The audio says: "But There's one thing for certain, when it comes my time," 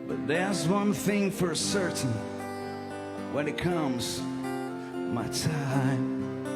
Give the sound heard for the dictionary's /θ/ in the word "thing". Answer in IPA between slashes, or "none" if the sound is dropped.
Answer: /θ/